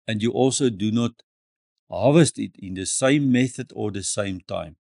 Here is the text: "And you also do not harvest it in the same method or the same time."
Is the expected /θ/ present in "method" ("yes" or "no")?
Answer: yes